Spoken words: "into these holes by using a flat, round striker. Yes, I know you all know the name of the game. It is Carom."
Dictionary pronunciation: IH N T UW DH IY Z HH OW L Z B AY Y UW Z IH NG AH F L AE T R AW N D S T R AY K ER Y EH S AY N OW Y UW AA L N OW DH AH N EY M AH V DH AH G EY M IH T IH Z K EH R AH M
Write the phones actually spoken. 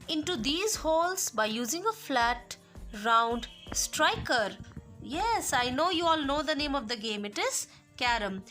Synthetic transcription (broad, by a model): IH N T UW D IY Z HH OW L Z B AY Y UW Z IH NG AH F L AE T R AW N D S T R AY K ER Y EH S AY N OW Y UW AA L N OW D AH N EY M AH V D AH G EY M IH T IH Z K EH R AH M